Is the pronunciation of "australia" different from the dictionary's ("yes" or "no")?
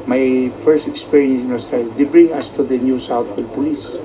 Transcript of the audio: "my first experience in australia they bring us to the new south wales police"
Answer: yes